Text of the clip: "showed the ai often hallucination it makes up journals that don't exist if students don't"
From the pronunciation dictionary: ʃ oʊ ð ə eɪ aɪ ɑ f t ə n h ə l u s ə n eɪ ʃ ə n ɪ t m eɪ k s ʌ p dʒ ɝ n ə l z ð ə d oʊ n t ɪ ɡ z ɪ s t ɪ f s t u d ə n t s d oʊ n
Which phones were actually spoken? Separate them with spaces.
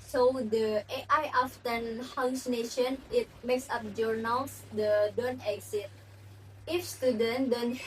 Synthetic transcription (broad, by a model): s oʊ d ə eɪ aɪ ɑ f t ə n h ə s n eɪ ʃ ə n ɪ t m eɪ k s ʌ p dʒ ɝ n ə l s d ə d oʊ n t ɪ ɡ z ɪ t ɪ f s t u d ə n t d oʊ n